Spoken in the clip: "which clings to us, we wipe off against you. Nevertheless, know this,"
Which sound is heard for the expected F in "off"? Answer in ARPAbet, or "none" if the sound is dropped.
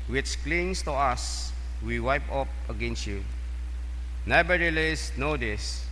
P